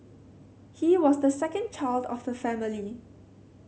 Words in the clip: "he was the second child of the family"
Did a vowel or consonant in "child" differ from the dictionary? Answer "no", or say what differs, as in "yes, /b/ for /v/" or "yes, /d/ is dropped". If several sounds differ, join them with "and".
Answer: no